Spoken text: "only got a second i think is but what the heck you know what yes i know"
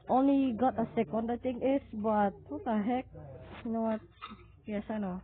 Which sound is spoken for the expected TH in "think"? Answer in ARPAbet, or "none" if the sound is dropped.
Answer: T